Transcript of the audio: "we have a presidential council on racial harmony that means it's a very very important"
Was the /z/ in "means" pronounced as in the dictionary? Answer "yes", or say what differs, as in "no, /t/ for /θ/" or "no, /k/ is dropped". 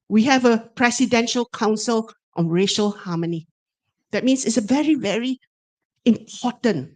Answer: no, /s/ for /z/